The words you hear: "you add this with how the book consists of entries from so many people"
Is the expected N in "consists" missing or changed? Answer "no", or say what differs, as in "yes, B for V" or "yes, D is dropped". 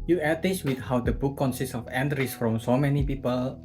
no